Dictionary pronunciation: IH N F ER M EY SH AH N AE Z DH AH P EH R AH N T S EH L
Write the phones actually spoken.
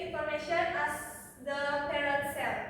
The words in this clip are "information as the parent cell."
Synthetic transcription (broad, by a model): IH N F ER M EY SH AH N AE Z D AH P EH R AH T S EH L